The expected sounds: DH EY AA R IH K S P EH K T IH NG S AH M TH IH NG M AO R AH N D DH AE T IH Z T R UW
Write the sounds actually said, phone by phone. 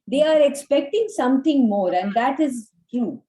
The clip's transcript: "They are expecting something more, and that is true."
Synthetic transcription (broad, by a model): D EY AA R IH K S P EH K T IH NG S AH M T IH NG M AO R AH N D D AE T IH Z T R UW